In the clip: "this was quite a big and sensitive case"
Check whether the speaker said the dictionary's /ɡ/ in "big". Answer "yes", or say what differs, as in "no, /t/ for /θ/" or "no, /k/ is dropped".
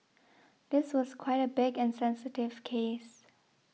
yes